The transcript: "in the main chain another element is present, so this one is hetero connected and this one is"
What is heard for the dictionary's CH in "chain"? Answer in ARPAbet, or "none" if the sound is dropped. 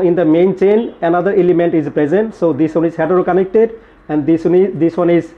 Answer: CH